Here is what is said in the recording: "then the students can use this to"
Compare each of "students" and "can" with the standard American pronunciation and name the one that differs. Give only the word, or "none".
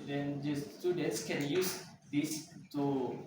students